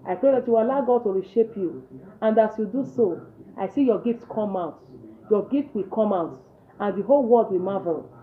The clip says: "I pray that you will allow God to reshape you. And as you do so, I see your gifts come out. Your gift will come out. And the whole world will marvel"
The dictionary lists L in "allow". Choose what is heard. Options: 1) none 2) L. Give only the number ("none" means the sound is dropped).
1